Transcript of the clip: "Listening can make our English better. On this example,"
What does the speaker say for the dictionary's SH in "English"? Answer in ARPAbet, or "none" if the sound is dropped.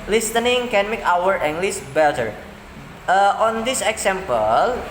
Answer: S